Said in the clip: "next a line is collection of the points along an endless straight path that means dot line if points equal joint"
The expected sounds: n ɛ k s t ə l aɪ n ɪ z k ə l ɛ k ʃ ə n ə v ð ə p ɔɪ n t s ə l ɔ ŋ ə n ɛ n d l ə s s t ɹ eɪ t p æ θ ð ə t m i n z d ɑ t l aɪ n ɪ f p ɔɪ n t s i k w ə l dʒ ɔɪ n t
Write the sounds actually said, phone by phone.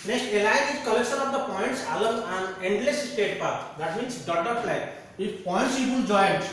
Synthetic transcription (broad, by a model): n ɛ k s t ə l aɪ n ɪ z k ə l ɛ k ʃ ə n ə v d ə p ɔɪ n t s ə l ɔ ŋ ə n ɛ n d l ə s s t eɪ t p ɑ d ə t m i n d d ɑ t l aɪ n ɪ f p ɔɪ n t s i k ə n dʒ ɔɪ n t